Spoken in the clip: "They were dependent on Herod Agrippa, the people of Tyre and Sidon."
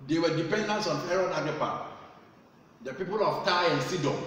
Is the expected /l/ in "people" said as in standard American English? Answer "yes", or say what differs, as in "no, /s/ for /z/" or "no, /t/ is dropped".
yes